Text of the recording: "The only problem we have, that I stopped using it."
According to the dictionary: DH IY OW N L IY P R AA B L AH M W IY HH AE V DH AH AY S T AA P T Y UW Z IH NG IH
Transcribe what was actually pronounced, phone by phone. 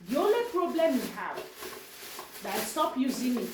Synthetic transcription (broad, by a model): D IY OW L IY P R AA B L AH M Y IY HH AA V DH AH AY S T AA P Y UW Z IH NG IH